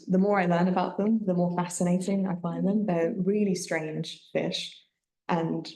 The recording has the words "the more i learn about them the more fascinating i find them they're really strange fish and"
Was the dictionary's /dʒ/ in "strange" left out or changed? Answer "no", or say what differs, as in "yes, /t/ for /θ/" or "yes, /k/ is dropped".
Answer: yes, /ʒ/ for /dʒ/